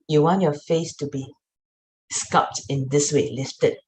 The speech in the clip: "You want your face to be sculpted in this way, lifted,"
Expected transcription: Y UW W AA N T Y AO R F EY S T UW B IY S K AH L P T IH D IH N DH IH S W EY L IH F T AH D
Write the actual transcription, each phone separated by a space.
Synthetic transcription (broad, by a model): Y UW W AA N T Y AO F EY S T UW B IY S K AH P T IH IH N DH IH S W EY L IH F T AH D